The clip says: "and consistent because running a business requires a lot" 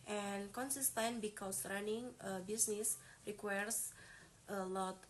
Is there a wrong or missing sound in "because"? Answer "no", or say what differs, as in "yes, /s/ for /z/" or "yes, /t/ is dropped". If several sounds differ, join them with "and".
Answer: yes, /s/ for /z/